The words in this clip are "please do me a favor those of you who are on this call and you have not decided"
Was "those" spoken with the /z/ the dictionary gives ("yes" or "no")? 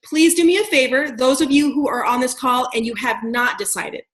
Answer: yes